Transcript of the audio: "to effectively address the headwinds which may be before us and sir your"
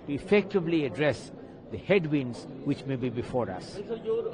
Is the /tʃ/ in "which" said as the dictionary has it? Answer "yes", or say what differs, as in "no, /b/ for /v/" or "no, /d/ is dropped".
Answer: yes